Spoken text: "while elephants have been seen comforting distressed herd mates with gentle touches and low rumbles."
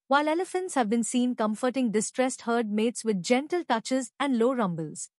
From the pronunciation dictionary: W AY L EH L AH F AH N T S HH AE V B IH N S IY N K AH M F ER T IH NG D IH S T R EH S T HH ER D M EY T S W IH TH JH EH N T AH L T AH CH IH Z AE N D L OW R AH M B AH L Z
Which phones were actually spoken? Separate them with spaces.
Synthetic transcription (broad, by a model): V AY L EH L AH F AH N T S HH AE V B IH N S IY N K AH M F ER T IH NG D IH S T R EH S T HH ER D M EY T S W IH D JH EH N T AH L T AH CH IH Z AE N D L OW R AH M B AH L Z